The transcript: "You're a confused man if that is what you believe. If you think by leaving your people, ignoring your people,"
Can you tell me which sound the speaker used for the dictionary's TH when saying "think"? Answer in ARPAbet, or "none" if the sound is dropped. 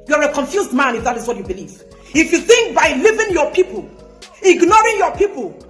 TH